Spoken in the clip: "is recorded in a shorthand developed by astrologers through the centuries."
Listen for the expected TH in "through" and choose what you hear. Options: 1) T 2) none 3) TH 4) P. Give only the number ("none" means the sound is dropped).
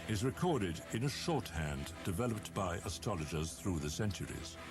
3